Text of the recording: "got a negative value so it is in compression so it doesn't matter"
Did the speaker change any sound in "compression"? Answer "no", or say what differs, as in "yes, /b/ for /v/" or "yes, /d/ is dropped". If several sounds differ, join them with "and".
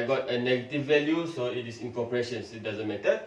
yes, /m/ is dropped